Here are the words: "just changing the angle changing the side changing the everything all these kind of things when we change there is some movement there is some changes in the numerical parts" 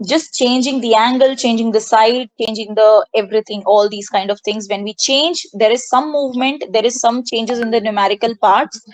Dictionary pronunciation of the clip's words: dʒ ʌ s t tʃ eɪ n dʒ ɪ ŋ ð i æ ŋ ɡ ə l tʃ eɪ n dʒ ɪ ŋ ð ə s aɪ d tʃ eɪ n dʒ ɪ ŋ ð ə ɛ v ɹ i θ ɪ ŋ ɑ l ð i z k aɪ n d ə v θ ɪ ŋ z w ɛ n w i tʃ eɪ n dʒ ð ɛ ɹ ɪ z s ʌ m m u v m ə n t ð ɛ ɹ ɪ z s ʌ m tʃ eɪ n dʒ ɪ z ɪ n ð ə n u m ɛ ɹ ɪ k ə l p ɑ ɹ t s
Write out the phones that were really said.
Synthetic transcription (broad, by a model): dʒ ʌ s t tʃ eɪ n dʒ ɪ ŋ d i æ ŋ ɡ ə l tʃ eɪ n dʒ ɪ ŋ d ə s aɪ d tʃ eɪ n dʒ ɪ ŋ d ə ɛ v ɹ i t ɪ ŋ ɑ l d i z k aɪ n d ə v t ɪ ŋ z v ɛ n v i tʃ eɪ n dʒ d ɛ ɹ ɪ z s ʌ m m u v m ə n t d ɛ ɹ ɪ z s ʌ m tʃ eɪ n dʒ ɪ z ɪ n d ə n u m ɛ ɹ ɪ k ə l p ɑ ɹ t s